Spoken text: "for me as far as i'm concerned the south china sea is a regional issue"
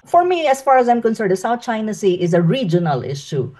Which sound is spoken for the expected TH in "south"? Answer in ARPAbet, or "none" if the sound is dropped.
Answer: T